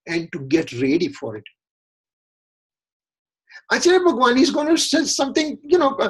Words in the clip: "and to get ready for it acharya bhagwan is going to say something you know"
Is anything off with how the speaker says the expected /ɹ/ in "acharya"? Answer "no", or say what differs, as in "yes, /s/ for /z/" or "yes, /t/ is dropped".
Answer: yes, /l/ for /ɹ/